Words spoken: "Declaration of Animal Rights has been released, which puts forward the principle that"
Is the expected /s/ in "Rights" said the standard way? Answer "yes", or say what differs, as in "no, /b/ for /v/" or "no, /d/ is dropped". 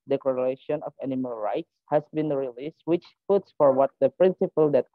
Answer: yes